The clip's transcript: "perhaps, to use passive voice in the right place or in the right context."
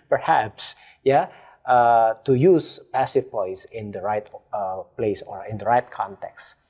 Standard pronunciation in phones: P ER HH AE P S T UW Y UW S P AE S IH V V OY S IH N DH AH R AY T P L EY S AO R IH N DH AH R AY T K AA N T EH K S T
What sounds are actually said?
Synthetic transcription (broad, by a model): P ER HH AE P S T UW Y UW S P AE S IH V P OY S IH N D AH R AY T P L EY S AO R IH N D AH R AY T K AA N T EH K S T